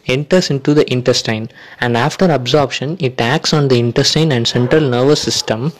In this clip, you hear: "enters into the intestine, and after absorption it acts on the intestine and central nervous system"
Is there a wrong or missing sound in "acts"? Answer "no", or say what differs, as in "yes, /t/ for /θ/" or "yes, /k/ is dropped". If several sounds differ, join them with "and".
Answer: no